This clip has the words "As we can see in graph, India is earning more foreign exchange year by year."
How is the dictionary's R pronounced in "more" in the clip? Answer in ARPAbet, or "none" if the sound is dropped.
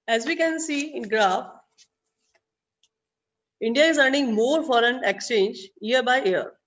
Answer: R